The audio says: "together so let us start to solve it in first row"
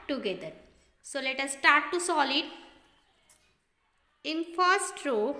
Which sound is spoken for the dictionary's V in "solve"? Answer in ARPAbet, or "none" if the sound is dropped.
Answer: none